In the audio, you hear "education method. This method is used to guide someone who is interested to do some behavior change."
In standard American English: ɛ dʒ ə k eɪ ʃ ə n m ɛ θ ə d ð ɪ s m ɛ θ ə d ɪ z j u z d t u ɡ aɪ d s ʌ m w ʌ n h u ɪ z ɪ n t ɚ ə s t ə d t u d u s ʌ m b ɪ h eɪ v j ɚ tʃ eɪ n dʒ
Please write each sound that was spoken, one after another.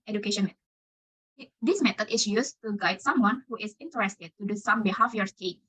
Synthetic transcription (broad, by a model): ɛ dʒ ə k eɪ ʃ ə n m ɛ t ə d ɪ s m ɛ t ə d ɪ s j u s t u ɡ aɪ d s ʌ m w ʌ n h u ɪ s ɪ n t ɚ ə s t ə d t u d u s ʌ m b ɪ h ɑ f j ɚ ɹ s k